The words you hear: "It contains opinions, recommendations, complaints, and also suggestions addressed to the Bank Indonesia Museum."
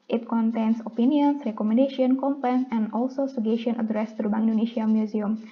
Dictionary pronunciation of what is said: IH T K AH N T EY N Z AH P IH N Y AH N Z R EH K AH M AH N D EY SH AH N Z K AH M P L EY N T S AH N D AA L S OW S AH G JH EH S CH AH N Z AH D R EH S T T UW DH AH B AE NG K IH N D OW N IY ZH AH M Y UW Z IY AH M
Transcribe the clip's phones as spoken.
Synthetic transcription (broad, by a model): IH T K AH N T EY N S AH P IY N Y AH N S R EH K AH M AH N D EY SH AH N K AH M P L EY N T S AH N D AA L S OW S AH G EH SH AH N AH D R EH S T T UW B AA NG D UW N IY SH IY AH M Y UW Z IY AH M